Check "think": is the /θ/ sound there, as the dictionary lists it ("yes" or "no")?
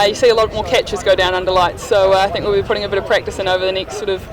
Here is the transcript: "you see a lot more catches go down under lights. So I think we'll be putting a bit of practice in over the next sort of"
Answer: yes